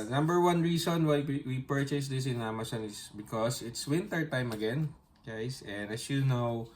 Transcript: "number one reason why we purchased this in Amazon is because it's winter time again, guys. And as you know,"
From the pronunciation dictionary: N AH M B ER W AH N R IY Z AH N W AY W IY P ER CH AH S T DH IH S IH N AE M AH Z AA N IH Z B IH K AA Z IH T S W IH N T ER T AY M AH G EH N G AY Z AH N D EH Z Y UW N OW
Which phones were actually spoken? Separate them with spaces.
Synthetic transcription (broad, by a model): N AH M B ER W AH N R IY S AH N W AY W IY P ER CH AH S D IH S IH N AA M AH S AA N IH S B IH K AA S IH T S W IH N T ER T AY M AH G EH N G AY S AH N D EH S Y UW N OW